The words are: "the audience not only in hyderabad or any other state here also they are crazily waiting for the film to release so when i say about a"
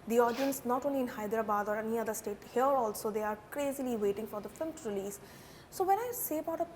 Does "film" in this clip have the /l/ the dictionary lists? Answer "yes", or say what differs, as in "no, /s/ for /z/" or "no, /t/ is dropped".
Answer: no, /l/ is dropped